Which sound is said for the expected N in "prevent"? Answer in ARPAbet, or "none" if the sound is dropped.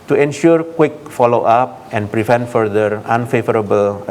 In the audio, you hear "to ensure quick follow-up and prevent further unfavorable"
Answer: N